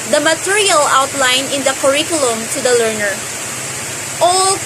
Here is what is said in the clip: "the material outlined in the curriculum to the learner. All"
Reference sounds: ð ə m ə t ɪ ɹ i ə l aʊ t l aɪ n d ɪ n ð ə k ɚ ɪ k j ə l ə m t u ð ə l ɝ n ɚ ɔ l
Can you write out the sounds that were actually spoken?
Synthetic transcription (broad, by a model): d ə m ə t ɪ ɹ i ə l aʊ t l aɪ n ɪ n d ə k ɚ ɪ k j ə l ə m t u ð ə l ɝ n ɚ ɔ l